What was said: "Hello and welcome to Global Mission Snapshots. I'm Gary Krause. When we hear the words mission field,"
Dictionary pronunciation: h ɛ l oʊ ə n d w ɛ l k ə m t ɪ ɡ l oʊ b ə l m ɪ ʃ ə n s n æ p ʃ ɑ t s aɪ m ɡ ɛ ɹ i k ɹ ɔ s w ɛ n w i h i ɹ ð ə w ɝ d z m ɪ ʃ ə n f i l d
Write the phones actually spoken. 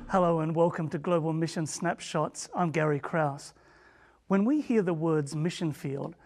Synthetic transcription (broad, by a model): h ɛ l oʊ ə n w ɛ l k ə m t ɪ ɡ l oʊ b ə l m ɪ ʃ ə n s n æ p ʃ ɑ t s aɪ m ɡ ɛ ɹ i k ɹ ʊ s w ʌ n w i h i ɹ ð ə w ɝ d z m ɪ ʃ ə n f i l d